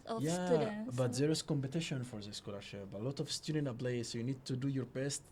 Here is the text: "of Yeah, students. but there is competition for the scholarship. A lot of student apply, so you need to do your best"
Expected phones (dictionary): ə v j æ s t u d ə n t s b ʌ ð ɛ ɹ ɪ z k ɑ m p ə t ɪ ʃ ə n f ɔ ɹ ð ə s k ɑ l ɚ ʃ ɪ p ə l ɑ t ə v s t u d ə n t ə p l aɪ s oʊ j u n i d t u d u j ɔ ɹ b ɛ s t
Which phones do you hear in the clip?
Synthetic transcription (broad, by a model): j æ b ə t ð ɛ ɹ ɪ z k ɑ m p ə t ɪ ʃ ə n f ɔ ɹ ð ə s k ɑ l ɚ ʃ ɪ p ə l ɑ t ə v s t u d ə n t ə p l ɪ s oʊ j u n i d t u d u j ɔ ɹ b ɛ s t